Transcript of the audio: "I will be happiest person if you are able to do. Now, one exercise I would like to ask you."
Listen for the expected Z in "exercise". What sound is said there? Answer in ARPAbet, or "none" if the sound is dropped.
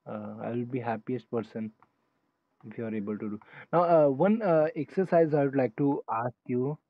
Z